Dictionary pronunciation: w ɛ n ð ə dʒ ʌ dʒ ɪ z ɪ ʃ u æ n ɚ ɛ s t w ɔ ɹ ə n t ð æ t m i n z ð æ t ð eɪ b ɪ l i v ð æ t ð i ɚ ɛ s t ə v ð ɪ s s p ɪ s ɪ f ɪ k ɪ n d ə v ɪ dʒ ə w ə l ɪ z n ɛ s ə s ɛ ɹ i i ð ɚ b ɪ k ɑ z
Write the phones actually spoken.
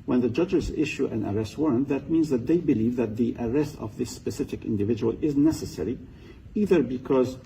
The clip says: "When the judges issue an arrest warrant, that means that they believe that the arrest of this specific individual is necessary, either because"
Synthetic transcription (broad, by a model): w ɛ n ð ə dʒ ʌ dʒ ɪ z ɪ ʃ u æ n ɚ ɛ s t w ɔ ɹ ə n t ð æ t m i n z ð æ t ð eɪ b ɪ l i v ð æ t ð i ɚ ɛ s t ə v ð ɪ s s p ɪ s ɪ f ɪ k ɪ n d ə v ɪ dʒ ə w ə l ɪ z n ɛ s ə s ɛ ɹ i i ð ɚ b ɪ k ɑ z